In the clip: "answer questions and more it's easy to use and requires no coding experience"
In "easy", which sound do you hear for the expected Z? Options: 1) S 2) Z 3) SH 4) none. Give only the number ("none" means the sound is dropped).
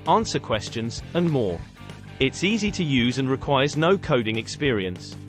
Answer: 2